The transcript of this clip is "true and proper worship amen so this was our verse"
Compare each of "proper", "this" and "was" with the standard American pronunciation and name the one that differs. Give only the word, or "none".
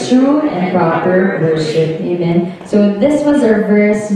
none